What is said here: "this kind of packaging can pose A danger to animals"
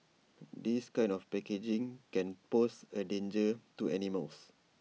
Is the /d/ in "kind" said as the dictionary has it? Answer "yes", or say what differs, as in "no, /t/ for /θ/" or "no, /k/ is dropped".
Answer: no, /d/ is dropped